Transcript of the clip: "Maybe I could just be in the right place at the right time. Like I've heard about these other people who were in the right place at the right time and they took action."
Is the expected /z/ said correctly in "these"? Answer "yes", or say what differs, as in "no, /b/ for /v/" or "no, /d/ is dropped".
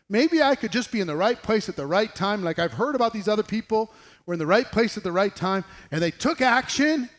yes